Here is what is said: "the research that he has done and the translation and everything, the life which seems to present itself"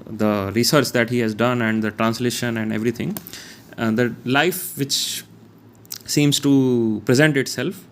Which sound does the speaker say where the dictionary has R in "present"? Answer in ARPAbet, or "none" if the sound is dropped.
R